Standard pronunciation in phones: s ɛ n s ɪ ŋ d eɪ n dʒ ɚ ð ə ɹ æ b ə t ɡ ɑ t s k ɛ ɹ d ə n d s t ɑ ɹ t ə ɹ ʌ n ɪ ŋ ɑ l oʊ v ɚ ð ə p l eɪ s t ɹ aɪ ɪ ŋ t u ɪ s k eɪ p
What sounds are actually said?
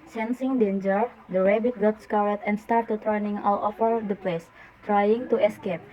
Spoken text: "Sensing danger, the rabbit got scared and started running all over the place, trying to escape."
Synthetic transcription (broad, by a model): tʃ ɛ n s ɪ ŋ d eɪ n dʒ ɚ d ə ɹ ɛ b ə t ɡ ɑ t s k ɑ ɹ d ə n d s t ɑ ɹ t ə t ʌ n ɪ ŋ ɑ l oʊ f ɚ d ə p l eɪ s t ɹ aɪ ɪ ŋ t u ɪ s k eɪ p